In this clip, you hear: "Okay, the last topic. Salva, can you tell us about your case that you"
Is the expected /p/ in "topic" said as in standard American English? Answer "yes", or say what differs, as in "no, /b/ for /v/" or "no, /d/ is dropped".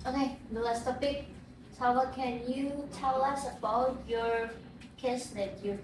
no, /b/ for /p/